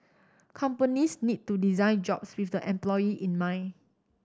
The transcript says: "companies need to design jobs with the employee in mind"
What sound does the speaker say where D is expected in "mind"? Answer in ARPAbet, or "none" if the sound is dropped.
none